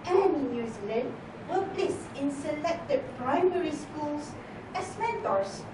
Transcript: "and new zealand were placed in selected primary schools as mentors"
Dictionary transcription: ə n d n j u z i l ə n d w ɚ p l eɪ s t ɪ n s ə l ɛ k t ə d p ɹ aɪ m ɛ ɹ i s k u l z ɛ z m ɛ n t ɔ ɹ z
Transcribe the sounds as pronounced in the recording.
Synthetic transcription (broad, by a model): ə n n n j u z i l ə n d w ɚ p l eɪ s ɪ n s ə l ɛ k t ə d p ɹ aɪ m ɛ ɹ i s k u l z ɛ s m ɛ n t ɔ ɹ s